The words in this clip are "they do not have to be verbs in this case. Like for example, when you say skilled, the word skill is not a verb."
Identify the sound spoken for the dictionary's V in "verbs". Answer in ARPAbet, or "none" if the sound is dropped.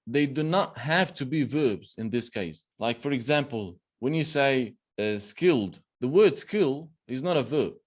V